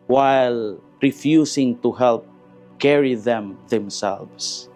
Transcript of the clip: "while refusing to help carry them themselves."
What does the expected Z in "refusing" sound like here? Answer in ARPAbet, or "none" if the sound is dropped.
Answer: S